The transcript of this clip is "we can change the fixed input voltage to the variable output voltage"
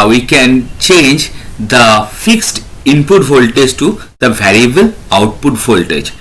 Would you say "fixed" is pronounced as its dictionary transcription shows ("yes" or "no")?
yes